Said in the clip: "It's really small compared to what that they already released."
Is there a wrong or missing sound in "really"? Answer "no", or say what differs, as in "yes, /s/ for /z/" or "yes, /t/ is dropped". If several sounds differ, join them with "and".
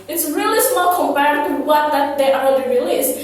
no